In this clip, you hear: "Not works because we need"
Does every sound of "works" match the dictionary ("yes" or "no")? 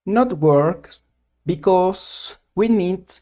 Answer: no